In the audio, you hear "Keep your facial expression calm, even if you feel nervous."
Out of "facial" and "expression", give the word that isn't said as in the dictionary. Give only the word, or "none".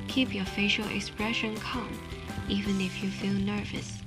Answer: none